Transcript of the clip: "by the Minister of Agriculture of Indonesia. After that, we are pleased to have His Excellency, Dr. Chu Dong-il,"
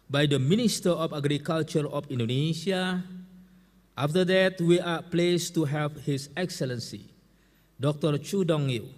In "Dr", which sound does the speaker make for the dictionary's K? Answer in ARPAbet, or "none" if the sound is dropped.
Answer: K